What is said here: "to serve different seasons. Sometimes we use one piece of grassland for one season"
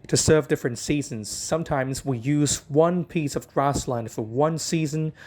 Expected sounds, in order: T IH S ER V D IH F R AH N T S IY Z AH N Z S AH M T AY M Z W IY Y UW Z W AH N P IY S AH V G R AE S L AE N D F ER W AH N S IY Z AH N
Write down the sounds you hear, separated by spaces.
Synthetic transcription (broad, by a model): T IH S ER V D IH F R AH N T S IY Z AH N Z S AH M T AY M Z W IY Y UW Z W AH N P IY S AH V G R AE S L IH N F ER W AH N S IY Z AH N